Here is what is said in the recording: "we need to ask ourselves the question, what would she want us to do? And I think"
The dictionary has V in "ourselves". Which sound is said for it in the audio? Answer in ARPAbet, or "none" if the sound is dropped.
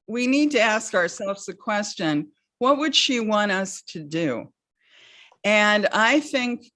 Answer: V